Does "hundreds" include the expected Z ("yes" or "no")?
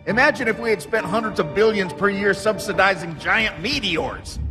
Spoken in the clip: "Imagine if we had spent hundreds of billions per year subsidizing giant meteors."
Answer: yes